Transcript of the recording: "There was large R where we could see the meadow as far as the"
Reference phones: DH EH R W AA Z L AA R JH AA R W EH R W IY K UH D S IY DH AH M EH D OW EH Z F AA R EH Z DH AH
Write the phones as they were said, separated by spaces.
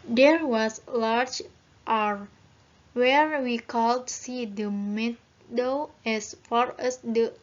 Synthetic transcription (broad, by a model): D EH R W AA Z L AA R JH AA R W EH R W IY K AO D S IY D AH M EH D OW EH S F AA R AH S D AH